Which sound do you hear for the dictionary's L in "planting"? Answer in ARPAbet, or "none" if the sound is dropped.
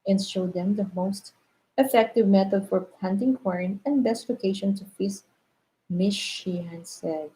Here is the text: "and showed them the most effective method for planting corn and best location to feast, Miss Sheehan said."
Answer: none